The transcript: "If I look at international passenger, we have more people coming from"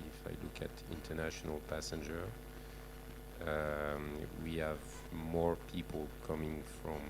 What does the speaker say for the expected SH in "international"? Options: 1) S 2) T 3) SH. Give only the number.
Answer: 3